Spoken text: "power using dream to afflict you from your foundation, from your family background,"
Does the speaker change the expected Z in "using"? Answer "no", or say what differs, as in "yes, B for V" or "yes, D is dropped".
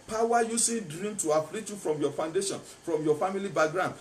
yes, S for Z